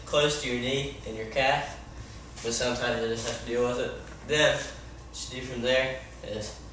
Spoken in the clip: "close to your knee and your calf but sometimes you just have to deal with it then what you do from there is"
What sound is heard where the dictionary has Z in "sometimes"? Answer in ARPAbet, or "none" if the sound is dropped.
Z